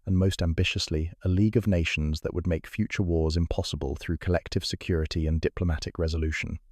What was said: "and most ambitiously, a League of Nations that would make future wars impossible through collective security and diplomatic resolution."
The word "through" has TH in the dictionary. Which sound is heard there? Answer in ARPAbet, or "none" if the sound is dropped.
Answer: TH